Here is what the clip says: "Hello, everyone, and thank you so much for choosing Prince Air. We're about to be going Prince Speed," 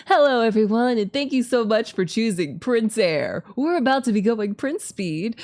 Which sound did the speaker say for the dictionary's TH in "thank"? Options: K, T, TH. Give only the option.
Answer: TH